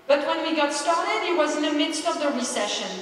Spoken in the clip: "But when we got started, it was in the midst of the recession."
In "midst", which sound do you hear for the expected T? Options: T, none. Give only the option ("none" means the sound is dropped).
T